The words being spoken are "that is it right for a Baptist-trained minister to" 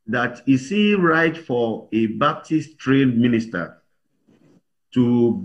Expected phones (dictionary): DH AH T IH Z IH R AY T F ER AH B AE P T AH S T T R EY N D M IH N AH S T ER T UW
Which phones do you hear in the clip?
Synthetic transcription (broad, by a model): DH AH T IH S IH R AY T F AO AH B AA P T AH S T T R EY D M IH N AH S T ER T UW